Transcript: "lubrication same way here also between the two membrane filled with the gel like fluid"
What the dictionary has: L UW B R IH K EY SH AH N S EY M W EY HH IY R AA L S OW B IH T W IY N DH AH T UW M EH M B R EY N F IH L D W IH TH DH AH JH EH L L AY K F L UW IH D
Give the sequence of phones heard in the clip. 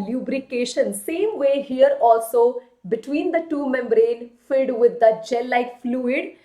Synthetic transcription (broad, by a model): L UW B R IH K EY SH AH N S EY M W EY HH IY R AA L S OW B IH T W IY N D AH T UW M EH M B R EY N F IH D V IH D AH JH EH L L AY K F L UW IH D